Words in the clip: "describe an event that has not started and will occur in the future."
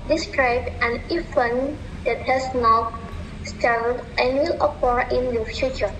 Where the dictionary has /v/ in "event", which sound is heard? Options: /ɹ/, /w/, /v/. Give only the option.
/w/